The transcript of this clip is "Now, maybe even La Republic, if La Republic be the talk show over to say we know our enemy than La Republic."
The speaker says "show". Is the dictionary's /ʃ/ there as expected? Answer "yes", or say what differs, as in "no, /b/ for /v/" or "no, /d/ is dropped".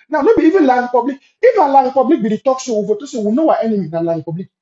no, /s/ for /ʃ/